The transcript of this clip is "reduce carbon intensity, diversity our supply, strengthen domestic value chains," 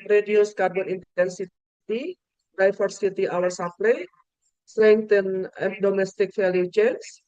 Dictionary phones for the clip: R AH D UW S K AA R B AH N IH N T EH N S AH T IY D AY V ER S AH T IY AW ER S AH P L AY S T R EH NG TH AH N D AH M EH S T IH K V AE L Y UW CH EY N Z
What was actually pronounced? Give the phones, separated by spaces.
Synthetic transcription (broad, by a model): R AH D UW S K AA R B AH N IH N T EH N S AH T IY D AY F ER S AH T IY AW ER S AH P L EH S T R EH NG T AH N D AH M EH S T IH K F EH L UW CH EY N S